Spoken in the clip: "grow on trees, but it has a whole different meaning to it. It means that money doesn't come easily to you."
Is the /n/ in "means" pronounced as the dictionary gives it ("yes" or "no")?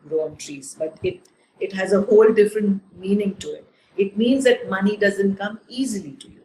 yes